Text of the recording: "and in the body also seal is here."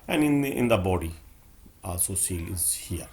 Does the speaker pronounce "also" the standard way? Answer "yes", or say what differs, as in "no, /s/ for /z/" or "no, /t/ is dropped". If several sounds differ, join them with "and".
no, /l/ is dropped